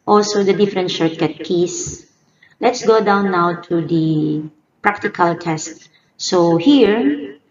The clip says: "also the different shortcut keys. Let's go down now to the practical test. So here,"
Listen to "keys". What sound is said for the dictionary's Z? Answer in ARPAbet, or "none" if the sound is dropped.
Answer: S